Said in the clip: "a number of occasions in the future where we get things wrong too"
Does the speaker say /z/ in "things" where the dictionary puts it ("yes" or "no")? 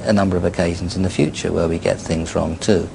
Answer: yes